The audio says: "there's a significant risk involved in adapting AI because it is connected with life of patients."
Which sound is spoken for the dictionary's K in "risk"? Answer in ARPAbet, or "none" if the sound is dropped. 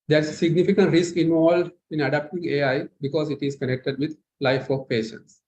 K